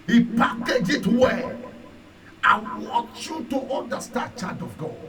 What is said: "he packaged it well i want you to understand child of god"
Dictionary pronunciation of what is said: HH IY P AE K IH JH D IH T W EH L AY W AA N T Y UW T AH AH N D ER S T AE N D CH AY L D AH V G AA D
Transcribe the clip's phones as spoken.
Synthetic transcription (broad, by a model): HH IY P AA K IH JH IH T W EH AY W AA N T Y UW T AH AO N D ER S T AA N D CH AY D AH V G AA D